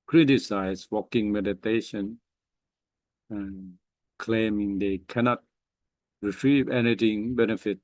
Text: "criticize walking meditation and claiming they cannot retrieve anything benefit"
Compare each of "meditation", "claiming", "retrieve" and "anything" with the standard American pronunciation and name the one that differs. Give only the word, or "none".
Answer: anything